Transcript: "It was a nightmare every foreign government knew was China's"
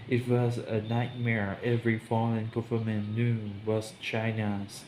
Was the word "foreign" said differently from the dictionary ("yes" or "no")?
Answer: yes